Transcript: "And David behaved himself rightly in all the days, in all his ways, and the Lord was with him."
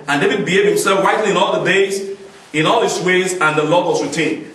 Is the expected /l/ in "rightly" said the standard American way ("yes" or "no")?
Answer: no